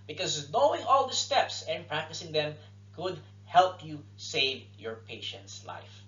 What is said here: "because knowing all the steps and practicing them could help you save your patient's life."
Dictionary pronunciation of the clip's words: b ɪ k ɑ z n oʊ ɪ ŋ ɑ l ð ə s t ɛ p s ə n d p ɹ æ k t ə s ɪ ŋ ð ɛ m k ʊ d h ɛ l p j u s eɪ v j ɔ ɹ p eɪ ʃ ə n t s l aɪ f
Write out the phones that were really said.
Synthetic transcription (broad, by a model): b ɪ k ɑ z n oʊ ɪ ŋ ɑ l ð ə s t ɛ p s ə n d p ɹ æ k t ə s ɪ ŋ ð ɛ m k ʊ d h ɛ l p j u s eɪ v j ɔ ɹ p eɪ ʃ ə n t s l aɪ f